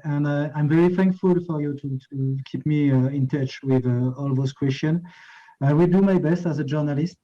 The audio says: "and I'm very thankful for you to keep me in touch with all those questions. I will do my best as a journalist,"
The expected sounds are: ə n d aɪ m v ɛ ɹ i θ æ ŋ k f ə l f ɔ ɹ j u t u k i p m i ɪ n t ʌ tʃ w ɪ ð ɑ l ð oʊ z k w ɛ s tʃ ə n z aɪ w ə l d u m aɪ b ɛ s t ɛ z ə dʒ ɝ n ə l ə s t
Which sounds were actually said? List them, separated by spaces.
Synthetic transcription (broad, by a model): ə n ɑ aɪ m v ɛ ɹ i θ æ ŋ k f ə l f ɔ ɹ j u t u k i p m i ɪ n t ʌ tʃ w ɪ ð ɑ l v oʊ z k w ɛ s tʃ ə n aɪ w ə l d u m aɪ b ɛ s t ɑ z ə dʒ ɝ n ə l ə s t